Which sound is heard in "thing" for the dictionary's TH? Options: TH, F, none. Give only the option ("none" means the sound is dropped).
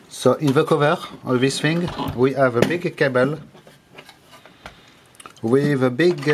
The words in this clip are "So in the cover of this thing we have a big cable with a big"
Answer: F